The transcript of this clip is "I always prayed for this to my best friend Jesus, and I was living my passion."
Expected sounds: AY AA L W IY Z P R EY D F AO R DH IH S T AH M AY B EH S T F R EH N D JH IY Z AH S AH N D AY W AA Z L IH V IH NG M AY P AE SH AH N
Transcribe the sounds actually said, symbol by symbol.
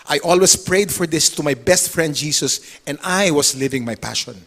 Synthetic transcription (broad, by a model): AY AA L W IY S P R EY D F AO R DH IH S T AH M AY B EH S T F R EH N D JH IY S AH S AH N D AY W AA S L IH V IH NG M AY P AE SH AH N